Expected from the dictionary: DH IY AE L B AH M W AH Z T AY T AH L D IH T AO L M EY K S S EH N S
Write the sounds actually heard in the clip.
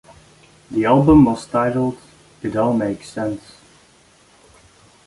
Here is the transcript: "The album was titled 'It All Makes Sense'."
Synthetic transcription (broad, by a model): DH IY AE L B AH M W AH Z T AY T L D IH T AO N M EY K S S EH N S